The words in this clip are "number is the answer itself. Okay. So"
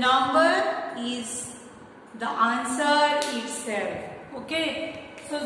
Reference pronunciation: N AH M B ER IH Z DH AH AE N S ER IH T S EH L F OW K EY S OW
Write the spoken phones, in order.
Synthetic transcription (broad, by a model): N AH M B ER IH Z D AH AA N S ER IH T S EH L OW K EY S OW